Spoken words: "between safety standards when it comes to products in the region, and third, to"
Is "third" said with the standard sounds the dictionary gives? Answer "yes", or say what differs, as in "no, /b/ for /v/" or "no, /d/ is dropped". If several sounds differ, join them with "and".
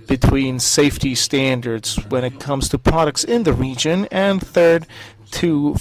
yes